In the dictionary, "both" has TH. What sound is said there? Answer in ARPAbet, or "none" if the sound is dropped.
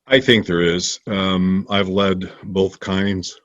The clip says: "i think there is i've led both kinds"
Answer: TH